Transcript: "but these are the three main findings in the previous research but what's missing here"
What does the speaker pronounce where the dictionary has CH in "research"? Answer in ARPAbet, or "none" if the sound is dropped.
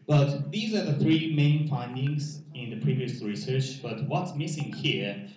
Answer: CH